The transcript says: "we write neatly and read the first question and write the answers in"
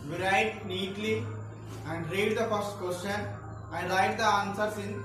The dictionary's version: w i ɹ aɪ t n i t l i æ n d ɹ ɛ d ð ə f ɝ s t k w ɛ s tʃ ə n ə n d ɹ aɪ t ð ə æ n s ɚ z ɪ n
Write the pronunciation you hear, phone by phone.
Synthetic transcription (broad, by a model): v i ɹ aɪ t n i t l i æ n d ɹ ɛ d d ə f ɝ s t k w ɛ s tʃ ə n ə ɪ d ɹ aɪ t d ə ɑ n s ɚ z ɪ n